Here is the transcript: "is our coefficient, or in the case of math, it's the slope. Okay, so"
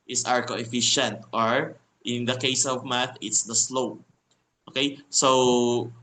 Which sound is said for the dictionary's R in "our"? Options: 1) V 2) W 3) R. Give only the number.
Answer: 3